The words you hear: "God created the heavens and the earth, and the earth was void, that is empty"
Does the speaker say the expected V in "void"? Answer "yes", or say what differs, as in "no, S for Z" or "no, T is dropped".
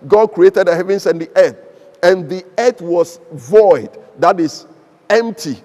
yes